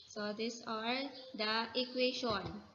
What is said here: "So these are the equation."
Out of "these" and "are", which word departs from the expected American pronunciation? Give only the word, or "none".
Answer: these